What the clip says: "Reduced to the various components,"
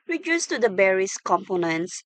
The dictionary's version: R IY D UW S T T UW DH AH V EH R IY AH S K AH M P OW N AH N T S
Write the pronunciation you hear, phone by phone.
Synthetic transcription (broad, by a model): R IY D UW S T T UW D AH B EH R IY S K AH M P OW N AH N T S